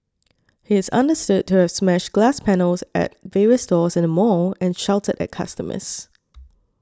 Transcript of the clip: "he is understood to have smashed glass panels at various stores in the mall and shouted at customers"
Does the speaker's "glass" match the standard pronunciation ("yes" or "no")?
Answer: yes